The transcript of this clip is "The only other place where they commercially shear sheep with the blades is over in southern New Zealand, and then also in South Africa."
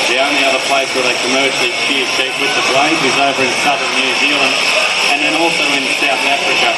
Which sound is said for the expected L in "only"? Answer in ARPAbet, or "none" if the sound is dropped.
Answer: L